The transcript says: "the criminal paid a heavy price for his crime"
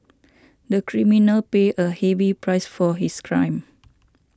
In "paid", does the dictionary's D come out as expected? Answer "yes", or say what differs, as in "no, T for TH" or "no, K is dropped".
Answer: no, D is dropped